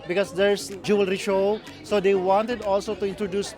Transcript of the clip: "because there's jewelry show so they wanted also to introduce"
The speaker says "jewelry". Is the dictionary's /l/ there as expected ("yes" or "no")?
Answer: yes